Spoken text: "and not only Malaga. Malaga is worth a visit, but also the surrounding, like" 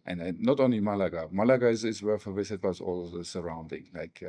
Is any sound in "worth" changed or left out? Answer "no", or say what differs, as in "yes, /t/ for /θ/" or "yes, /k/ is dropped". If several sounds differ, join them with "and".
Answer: yes, /f/ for /θ/